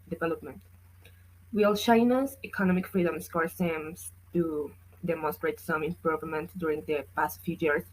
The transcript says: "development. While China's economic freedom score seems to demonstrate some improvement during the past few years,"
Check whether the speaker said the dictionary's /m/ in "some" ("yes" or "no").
yes